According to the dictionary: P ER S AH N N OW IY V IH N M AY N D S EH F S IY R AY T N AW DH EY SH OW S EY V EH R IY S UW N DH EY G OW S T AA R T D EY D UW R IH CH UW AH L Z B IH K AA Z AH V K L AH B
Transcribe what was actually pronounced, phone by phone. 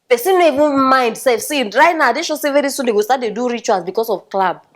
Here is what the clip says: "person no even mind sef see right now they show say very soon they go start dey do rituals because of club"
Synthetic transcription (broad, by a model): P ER S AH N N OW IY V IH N M AY N D S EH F S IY R AY T N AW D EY SH OW S EY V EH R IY S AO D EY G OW S T AA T D EY D UW R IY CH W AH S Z B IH K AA S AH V K L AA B